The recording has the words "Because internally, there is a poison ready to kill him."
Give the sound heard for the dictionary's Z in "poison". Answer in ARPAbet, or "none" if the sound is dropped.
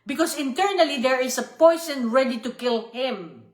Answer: S